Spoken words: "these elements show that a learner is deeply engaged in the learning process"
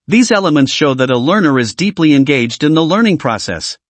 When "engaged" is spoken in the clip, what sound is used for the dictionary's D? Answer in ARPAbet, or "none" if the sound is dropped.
D